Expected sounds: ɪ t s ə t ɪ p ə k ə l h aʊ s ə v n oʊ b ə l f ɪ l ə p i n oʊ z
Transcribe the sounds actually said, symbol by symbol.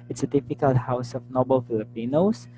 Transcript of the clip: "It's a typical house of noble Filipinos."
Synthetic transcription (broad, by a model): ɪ t s ə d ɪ f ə k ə l h aʊ s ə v n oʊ b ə l f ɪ l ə p i n oʊ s